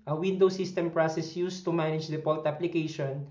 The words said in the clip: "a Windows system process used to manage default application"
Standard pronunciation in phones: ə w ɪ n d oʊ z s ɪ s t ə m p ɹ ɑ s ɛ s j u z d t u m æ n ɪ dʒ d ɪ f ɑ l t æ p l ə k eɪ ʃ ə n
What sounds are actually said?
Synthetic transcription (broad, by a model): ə w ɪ n d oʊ s ɪ s t ə m p ɹ ɑ s ɛ s j u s t u m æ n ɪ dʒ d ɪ p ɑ l t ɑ p l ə k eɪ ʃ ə n